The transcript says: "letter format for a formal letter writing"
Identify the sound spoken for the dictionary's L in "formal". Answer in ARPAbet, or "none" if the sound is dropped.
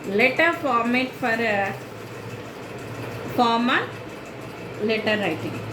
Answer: N